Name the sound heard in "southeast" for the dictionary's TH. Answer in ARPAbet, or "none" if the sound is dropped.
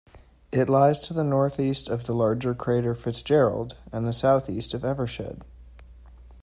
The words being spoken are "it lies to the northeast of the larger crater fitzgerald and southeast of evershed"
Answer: TH